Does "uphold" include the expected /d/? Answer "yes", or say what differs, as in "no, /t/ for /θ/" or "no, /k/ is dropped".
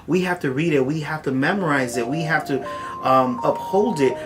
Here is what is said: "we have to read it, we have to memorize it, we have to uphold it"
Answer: yes